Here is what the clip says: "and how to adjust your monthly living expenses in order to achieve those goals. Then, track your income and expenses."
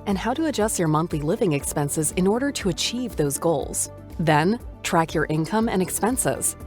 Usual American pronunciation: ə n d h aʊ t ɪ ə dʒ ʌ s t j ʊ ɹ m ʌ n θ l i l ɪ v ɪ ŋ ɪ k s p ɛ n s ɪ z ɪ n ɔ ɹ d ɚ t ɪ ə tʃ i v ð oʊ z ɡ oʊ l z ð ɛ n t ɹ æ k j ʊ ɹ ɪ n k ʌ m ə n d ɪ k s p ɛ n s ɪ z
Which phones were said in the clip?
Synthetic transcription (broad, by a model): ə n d h aʊ t ɪ ə dʒ ʌ s t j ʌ ɹ m ʌ n θ l i l ɪ v ɪ ŋ ɪ k s p ɛ n s ɪ z ɪ n ɔ ɹ d ɚ t ɪ ə tʃ i v ð oʊ z ɡ oʊ l z ð ɛ n t ɹ æ k j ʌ ɹ ɪ n k ʌ m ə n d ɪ k s p ɛ n s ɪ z